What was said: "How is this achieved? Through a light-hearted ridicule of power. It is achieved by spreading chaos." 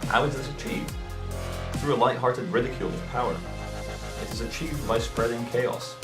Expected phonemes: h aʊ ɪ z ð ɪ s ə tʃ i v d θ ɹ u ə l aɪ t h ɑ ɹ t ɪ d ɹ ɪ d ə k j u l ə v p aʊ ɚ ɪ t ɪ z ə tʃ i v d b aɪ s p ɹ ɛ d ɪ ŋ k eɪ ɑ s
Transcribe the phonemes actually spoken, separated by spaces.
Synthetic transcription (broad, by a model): h aʊ ɪ z ð ɪ s ə tʃ i v d θ ɹ u ə l aɪ t h ɑ ɹ t ɪ d ɹ ɪ d ə k j u l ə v p aʊ ɚ ɪ t ɪ z ə tʃ i v d b aɪ s p ɹ ɛ d ɪ ŋ k eɪ ɑ s